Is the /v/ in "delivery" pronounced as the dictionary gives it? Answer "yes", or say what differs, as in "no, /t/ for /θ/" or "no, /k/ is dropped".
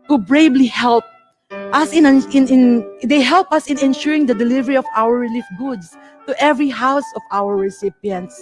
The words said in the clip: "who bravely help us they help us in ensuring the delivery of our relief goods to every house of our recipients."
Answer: yes